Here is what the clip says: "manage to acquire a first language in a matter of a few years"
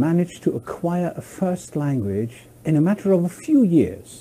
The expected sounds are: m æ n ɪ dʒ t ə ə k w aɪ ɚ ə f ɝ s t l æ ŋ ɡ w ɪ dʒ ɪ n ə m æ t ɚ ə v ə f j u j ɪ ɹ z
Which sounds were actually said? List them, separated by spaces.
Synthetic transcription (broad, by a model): m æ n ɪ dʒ t ə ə k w aɪ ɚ ə f ɝ s t l æ ŋ ɡ w ɪ dʒ ɪ n ə m æ t ɚ ə v ə f j u j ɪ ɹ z